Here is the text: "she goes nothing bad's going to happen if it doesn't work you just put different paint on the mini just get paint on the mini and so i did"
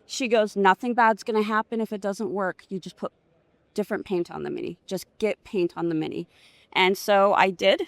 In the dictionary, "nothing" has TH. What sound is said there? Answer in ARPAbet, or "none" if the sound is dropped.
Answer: TH